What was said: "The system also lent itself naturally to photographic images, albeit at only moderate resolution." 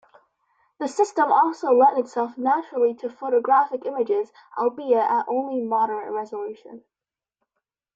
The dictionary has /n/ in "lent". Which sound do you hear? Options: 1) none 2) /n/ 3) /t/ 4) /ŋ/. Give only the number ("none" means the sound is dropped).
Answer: 1